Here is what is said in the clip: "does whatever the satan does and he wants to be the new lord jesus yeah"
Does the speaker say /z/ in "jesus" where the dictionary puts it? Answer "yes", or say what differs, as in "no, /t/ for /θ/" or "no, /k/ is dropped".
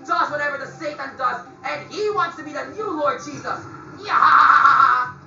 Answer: yes